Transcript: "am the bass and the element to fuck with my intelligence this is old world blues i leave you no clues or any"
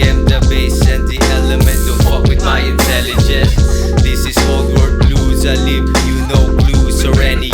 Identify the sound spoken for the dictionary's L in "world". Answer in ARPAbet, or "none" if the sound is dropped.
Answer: none